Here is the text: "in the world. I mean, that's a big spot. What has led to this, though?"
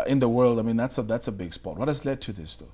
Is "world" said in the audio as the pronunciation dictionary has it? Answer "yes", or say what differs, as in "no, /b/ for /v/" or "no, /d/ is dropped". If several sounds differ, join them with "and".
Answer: yes